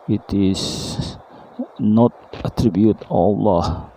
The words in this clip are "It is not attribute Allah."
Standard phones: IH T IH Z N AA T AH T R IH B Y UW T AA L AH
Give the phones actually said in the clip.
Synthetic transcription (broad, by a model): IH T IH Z N AA T AH T R IH B Y UW T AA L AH